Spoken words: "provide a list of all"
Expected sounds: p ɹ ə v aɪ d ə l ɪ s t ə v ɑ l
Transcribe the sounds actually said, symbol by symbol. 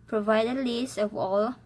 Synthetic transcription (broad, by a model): p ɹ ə v aɪ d ə l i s ə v ɑ l